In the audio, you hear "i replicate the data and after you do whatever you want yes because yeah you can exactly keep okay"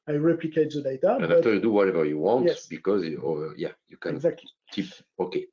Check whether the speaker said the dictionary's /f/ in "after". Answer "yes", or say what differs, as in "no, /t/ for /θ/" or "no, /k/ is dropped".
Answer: no, /f/ is dropped